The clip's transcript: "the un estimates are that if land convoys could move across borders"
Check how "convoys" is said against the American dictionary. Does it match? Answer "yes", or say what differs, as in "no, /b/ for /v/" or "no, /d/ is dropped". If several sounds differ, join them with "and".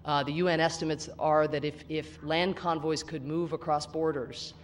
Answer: yes